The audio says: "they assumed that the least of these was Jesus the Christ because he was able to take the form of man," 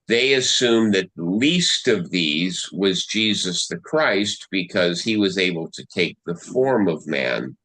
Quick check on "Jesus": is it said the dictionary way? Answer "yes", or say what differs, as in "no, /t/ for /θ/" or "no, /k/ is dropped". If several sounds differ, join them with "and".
yes